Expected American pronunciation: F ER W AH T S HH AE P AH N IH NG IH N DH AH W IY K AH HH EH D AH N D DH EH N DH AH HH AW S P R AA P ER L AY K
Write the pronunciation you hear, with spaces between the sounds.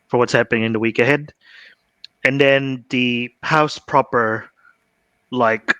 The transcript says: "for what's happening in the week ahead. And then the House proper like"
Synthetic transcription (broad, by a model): F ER W AH T S HH AE P AH N IH NG IH N DH AH W IY K AH HH EH D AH N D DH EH N DH AH HH AW S P R AA P ER L AY K